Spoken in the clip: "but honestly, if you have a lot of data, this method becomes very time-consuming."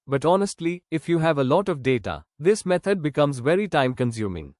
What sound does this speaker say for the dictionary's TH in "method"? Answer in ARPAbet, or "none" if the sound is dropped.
T